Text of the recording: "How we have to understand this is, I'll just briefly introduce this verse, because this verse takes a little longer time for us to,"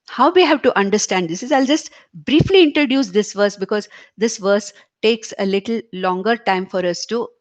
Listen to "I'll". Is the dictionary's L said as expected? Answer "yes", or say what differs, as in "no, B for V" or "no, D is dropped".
yes